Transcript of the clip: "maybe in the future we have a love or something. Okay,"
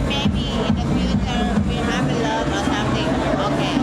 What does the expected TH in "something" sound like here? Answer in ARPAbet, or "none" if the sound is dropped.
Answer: T